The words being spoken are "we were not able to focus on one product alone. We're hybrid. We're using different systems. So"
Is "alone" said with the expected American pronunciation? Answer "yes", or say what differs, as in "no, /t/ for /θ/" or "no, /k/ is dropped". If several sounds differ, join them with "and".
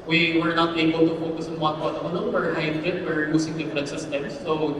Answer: no, /n/ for /l/